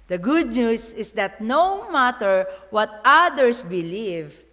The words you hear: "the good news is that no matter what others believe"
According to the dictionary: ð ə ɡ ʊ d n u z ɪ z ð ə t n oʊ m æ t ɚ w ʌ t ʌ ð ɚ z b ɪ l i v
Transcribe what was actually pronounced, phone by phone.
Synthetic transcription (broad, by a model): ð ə ɡ ʊ d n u s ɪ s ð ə t n oʊ m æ t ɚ w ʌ t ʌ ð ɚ s b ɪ l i v